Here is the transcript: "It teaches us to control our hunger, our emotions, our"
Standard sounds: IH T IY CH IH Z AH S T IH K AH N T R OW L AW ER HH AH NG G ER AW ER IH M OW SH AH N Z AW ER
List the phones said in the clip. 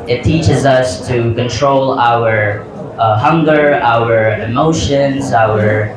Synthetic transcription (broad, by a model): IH T IY CH IH Z AH S T IH K AH N T R OW L AW ER HH AH NG G ER AW ER IH M OW SH AH N Z AW ER